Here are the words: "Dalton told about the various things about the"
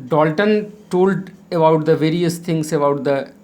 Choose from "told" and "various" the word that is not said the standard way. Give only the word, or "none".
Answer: none